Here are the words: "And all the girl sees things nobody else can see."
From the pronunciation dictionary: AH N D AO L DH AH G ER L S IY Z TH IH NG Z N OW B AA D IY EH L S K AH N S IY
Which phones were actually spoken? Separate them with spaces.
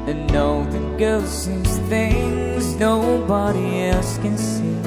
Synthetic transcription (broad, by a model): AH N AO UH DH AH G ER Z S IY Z TH IH NG Z N OW B AA D IY EH L S K AH N S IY